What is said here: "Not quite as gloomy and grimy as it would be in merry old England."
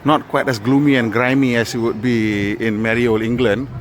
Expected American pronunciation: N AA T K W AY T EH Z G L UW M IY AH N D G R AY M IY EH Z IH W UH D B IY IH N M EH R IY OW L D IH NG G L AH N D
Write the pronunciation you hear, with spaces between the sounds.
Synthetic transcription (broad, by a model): N AA T K W AY T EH S G L UW M IY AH N G R AY M IY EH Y IH W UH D B IY IH N M EH R IY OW L IH NG G L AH N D